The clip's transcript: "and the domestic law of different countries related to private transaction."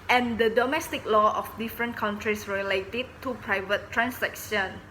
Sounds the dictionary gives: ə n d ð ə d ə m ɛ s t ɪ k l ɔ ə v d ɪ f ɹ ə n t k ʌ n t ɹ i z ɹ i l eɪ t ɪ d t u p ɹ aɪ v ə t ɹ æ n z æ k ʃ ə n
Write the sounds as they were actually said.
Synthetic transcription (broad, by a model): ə n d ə d ə m ɛ s t ɪ k l ɔ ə f d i f ɹ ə n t k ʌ n t ɹ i s ɹ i l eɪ t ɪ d t u p ɹ aɪ v ə t ɹ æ n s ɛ k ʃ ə n